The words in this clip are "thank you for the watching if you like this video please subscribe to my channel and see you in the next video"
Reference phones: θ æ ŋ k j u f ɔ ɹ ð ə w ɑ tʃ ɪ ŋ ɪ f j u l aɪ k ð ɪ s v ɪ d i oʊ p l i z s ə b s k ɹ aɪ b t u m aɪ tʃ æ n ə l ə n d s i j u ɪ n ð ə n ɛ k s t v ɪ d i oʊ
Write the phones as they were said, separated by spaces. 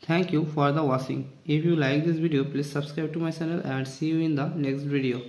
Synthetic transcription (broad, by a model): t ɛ ŋ k j u f ɔ ɹ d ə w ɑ s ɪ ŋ ɪ f j u l aɪ k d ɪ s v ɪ d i oʊ p l i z s ə b s k ɹ aɪ b t u m aɪ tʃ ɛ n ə l ə n d s i j u ɪ n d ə n ɛ k s t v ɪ d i oʊ